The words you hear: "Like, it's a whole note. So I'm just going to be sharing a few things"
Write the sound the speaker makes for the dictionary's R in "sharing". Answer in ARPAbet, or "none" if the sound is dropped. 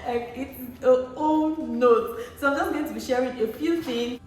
R